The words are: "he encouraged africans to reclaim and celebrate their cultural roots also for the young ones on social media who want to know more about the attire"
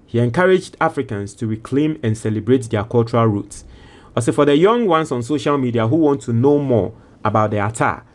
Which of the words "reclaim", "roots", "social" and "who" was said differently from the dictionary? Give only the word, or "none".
none